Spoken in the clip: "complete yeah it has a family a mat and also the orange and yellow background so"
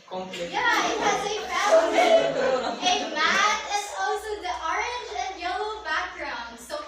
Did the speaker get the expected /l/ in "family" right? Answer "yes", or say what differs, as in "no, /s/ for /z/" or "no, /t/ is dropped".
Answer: no, /l/ is dropped